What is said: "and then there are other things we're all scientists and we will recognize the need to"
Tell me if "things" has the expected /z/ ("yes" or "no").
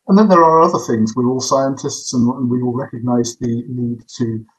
yes